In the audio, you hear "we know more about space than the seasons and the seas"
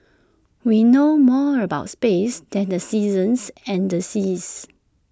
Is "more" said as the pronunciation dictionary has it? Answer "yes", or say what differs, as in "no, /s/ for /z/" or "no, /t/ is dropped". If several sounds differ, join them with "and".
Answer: yes